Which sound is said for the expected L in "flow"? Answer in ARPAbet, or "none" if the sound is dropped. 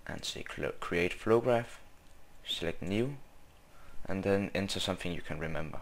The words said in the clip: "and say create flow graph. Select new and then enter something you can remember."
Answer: none